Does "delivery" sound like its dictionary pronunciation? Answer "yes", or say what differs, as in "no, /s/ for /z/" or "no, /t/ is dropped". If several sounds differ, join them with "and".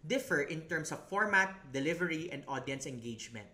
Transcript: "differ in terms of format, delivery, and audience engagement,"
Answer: yes